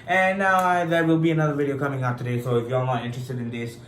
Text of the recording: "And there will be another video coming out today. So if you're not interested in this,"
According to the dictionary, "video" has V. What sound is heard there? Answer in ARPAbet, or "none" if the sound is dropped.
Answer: V